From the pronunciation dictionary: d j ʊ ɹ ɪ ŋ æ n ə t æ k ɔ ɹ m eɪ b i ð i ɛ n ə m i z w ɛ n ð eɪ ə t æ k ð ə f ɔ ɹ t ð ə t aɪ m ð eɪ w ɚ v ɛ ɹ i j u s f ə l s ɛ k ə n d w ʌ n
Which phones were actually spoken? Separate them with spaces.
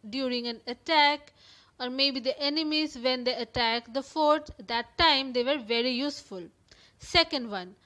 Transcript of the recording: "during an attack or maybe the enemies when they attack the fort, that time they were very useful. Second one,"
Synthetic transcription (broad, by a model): d j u ɹ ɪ ŋ æ n ə t æ k ɔ ɹ m eɪ b i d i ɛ n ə m i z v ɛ n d eɪ ə t æ k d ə f ɔ ɹ t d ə t aɪ m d eɪ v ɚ v ɛ ɹ i j u s f ə l s ɛ k ə n d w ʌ n